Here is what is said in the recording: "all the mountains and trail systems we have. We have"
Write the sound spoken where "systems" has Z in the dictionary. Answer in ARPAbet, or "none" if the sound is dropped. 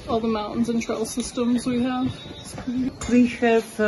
Z